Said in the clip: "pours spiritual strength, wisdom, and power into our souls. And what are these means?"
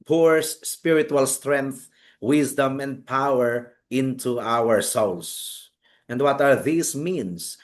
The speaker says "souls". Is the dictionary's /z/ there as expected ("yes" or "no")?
no